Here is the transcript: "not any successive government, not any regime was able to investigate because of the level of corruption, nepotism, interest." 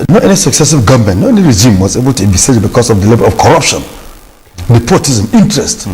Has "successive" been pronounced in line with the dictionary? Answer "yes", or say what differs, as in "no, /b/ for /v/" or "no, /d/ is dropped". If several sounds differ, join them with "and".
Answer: yes